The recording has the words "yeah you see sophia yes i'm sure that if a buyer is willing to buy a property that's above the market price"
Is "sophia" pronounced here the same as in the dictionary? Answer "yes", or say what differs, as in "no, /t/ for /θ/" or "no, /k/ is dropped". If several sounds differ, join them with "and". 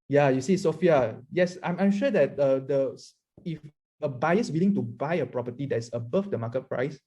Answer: yes